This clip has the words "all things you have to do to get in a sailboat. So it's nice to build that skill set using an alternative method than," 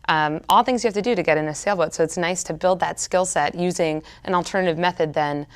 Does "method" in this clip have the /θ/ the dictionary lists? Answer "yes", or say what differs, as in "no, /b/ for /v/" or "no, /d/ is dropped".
yes